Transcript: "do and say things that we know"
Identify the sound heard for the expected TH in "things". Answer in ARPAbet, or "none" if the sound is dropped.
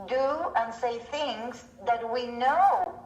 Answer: TH